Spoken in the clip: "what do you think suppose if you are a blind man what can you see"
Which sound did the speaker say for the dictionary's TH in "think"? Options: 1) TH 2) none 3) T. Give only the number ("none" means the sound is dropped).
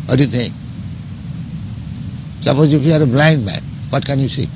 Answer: 3